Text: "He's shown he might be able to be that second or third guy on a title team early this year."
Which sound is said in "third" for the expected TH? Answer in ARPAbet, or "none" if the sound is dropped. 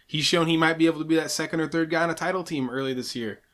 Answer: TH